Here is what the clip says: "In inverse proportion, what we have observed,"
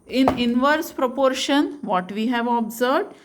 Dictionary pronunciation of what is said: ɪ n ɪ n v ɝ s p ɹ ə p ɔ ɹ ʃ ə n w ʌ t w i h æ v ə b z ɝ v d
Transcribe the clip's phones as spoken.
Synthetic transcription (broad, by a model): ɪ n ɪ n v ɝ s p ɹ ə p ɔ ɹ ʃ ə n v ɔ t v i h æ v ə b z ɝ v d